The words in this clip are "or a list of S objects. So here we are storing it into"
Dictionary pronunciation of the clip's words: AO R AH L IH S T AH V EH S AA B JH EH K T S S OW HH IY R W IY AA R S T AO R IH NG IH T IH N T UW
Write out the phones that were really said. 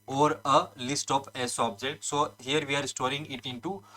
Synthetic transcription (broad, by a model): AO R AH L IH S T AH P EH S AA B JH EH K T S S OW HH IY R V IY AA R S T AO R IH NG IH T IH N T UW